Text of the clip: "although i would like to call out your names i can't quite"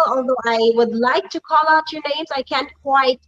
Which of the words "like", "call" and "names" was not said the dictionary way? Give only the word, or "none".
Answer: none